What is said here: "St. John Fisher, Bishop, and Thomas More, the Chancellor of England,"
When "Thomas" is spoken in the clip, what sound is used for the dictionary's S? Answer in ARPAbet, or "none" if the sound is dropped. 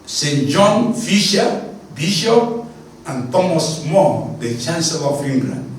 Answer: S